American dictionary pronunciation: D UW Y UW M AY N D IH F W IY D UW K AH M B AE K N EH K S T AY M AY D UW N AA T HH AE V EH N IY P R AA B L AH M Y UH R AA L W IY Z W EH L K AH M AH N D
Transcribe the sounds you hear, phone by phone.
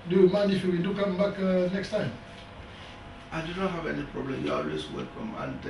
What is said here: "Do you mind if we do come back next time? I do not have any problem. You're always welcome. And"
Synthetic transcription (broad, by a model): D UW Y UW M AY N IH F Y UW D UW K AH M B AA K N EH K S T AY M AY D UW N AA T HH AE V EH N IY P R AA B L AH M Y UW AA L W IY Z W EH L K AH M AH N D